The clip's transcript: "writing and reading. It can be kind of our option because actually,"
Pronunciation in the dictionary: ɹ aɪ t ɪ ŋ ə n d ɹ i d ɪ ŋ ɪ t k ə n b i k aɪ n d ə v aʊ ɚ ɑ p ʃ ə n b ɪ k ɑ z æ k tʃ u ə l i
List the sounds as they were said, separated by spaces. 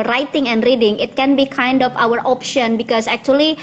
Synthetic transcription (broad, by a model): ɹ aɪ t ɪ ŋ ə n d ɹ i d ɪ ŋ ɪ t k ə n b i k aɪ n d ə f aʊ ɚ ɑ p ʃ ə n b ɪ k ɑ s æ k tʃ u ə l i